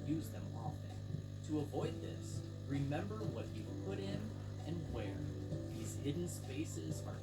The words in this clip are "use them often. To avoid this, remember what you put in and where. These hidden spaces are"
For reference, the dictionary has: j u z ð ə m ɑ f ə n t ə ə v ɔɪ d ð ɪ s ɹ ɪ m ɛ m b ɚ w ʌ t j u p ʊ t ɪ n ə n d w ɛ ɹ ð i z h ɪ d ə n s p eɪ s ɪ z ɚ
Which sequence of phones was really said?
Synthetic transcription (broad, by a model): j u z ð ə m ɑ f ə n t ə ə v ɔɪ d ð ɪ s ɹ ɪ m ɛ m b ɚ w ʌ t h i p ʊ t ɪ n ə n w ɛ ɹ ð i z h ɪ d n s p eɪ s ɪ z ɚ